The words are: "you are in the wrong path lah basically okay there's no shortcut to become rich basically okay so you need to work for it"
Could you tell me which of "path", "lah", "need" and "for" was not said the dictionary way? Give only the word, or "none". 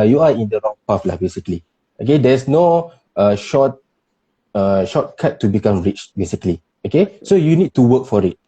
path